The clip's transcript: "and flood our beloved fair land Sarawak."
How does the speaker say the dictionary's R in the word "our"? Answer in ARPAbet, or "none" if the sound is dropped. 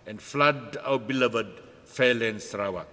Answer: W